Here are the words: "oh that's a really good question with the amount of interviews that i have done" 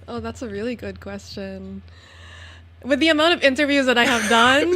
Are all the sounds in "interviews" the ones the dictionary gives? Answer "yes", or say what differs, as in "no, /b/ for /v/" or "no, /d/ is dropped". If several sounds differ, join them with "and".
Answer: yes